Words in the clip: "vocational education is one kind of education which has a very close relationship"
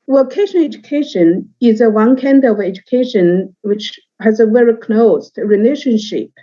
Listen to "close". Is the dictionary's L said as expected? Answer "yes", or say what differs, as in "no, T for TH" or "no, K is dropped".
no, N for L